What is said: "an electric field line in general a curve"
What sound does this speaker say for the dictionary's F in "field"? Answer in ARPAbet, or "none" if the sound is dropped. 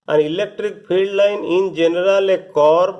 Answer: P